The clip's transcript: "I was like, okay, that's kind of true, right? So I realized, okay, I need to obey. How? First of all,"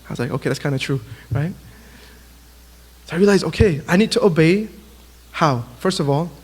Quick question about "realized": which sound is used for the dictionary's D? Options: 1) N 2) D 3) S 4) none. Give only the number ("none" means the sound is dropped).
4